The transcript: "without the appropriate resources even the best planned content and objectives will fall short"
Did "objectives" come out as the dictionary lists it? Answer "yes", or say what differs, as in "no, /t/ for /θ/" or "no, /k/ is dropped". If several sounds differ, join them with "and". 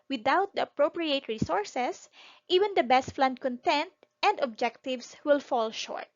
no, /s/ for /z/